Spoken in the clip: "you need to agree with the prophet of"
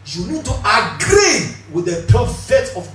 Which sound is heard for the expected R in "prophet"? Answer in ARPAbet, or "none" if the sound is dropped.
none